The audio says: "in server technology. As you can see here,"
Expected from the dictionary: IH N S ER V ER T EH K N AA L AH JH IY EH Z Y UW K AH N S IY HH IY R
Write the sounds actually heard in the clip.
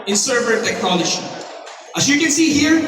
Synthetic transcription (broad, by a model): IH N S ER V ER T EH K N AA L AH SH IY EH S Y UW K AH N S IY HH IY R